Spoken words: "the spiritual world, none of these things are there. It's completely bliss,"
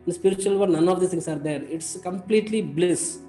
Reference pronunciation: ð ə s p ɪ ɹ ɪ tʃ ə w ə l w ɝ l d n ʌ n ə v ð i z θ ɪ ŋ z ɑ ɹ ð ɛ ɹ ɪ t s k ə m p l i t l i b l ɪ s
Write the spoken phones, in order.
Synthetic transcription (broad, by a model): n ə s p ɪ ɹ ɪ tʃ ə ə l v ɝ d n ʌ n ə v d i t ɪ ŋ s ɑ ɹ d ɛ ɹ ɪ t s k ə m p l i t l i b l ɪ s